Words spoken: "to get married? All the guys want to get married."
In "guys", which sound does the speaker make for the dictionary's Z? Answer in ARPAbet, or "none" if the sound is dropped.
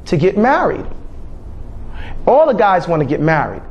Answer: Z